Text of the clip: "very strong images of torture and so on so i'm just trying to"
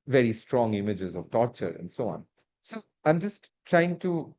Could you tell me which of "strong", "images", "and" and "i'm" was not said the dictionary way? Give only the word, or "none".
none